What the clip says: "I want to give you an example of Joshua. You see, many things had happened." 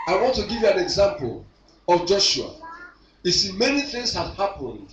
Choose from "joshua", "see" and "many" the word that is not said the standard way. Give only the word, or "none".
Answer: none